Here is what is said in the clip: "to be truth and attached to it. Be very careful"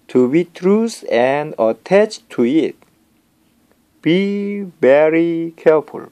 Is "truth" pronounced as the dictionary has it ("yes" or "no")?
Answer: no